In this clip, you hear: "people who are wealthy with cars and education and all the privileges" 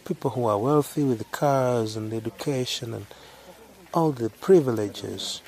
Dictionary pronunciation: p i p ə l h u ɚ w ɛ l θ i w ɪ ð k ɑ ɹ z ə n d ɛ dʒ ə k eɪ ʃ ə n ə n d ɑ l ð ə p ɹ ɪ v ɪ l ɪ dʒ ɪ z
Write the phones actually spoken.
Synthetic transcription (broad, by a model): p i p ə l h u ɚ w ɛ l θ i w ɪ ð k ɑ ɹ z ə n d ɛ dʒ ə k eɪ ʃ ə n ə n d ɑ l ð ə p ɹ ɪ v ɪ l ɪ dʒ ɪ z